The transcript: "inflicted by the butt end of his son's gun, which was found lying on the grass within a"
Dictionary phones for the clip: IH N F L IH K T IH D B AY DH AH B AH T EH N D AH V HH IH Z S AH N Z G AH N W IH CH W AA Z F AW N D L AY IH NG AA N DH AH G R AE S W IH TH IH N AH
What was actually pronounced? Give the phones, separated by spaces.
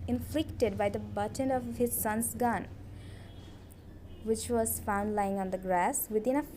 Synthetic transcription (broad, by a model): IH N F L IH K T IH D B AY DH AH B AH T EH N AH V HH IH Z S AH N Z G AH N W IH CH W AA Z F AW N D L AY IH NG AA N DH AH G R AE S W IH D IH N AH